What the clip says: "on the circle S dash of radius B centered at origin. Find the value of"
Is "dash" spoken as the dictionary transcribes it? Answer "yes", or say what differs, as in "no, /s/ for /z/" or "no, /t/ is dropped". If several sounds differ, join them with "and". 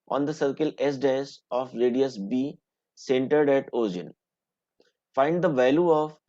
no, /s/ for /ʃ/